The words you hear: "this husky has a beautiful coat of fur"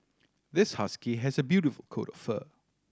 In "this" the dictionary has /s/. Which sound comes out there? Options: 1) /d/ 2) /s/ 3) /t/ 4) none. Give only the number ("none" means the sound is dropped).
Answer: 2